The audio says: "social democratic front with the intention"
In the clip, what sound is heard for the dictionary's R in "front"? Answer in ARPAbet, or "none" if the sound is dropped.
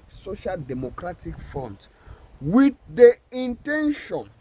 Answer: none